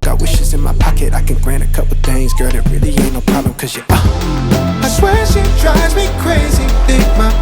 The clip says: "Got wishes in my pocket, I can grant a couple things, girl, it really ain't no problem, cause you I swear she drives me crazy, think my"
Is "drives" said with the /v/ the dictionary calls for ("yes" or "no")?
no